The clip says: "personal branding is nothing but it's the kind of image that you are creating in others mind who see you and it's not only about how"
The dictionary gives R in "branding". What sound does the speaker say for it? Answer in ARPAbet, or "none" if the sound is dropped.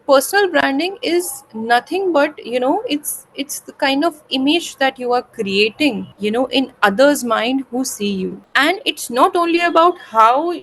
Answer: R